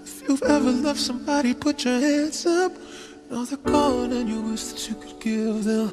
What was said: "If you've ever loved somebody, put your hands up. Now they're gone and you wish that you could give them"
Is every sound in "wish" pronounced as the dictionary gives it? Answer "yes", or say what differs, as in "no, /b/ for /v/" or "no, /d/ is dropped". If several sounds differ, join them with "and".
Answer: no, /s/ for /ʃ/